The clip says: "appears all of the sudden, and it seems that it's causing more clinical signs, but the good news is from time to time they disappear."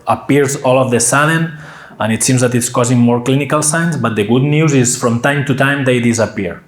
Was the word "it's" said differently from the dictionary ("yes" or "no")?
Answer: no